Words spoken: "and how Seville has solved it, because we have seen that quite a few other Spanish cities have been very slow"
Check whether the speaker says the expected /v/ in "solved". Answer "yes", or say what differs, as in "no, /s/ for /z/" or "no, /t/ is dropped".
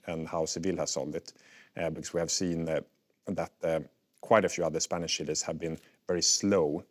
no, /v/ is dropped